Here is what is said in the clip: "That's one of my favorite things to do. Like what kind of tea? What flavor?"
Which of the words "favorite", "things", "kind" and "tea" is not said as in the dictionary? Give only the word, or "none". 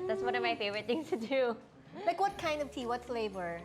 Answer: things